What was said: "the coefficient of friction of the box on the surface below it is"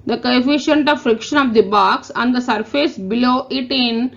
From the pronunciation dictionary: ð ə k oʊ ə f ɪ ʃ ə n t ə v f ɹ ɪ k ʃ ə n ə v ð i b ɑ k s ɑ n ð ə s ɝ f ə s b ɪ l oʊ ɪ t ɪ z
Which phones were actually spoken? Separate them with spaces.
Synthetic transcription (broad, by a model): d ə k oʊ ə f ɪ ʃ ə n t ə v f ɹ ɪ k ʃ ə n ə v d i b ɑ k s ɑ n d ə s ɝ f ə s b ɪ l oʊ ɪ t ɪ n